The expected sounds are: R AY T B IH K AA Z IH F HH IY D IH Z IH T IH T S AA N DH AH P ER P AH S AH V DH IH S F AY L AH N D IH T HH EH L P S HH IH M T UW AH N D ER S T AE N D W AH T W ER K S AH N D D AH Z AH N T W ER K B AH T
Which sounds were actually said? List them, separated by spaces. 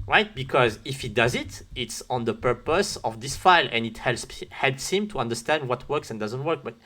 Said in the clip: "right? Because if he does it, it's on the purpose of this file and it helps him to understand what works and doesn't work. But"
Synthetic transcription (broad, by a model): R AY T B IH K AA Z IH F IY D IH Z IH T IH T S AA N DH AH P ER P AH S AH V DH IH S F AY L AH N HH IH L HH EH L P S HH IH M T UW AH N D ER S T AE N D W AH T W ER K S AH N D D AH Z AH N T W ER K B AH T